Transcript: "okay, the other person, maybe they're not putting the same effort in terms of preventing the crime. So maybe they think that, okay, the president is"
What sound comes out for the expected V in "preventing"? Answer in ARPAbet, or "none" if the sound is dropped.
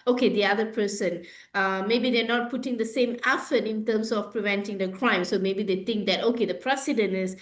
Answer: V